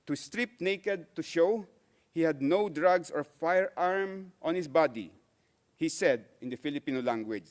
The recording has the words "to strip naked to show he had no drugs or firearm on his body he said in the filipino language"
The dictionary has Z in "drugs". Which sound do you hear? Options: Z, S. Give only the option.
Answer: S